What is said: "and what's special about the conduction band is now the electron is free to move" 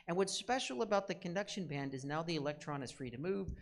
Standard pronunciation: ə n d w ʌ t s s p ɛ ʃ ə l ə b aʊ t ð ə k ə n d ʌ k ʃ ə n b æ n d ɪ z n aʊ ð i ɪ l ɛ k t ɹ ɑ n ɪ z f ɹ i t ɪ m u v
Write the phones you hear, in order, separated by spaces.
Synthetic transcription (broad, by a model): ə n w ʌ t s s p ɛ ʃ l ə b aʊ t ð ə k ə n d ʌ k ʃ ə n b æ n d ɪ z n aʊ ð i ɪ l ɛ k t ɹ ɑ n ɪ z f ɹ i t ɪ m u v